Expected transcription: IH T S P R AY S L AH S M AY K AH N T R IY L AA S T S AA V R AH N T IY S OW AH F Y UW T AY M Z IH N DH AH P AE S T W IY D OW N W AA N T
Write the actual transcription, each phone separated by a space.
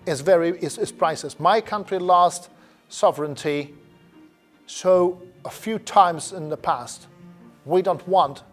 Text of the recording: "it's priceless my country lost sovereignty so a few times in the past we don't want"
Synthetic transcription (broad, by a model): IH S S P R AY S AH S M AY K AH N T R IY L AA S T S AA V R AH N T IY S OW AH F Y UW T AY M Z IH N DH AH P AE S T W IY D OW N W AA N T